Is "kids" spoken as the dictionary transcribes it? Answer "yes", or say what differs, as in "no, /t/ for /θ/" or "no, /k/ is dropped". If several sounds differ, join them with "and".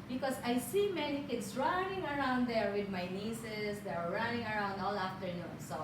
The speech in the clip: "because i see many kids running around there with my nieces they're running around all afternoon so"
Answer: no, /s/ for /z/